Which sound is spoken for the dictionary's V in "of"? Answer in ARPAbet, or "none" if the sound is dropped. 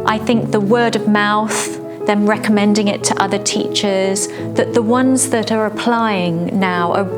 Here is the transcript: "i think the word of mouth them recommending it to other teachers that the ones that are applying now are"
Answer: V